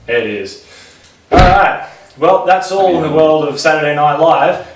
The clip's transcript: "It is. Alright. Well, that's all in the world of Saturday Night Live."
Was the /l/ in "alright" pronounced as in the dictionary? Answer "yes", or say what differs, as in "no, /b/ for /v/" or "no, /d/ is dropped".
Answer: no, /l/ is dropped